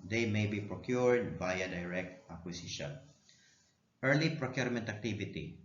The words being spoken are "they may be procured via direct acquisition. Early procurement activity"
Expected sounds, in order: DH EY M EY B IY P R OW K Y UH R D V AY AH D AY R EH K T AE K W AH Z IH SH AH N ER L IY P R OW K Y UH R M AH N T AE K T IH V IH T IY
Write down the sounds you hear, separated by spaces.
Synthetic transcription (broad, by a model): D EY M EY B IY P R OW K Y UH R D B AY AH D AY R EH K T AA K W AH S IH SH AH N ER L IY P R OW K Y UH R M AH N T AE K T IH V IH T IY